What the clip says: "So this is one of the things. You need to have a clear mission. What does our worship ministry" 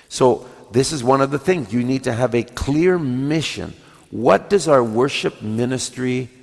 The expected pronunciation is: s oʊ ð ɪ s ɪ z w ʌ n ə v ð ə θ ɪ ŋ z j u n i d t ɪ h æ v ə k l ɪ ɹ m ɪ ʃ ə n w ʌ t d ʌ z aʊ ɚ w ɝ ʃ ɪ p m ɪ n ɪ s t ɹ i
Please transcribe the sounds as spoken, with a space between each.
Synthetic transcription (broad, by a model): s oʊ ð ɪ s ɪ z w ʌ n ə v ð ə θ ɪ ŋ z j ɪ n i d t ɪ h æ v ə k l ɪ ɹ m ɪ ʃ ə n w ʌ t d ʌ z aʊ ɚ w ɝ ʃ ɪ p m ɪ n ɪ s t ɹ i